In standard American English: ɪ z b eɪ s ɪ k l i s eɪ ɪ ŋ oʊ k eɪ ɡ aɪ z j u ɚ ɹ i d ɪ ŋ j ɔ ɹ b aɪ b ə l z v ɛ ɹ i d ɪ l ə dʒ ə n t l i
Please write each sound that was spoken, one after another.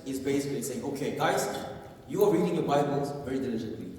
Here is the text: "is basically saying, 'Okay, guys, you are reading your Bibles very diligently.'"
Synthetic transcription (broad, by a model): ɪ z b eɪ s ɪ k l i s eɪ ɪ ŋ oʊ k eɪ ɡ aɪ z j u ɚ ɹ i d ɪ ŋ j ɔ b aɪ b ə l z v ɛ ɹ i d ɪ l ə dʒ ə n t l i